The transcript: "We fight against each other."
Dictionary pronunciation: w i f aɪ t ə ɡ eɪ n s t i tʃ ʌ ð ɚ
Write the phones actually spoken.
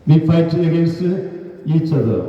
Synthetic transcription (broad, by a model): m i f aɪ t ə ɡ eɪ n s i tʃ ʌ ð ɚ